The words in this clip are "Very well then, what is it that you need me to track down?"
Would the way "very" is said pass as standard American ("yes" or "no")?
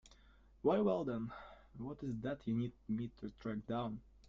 no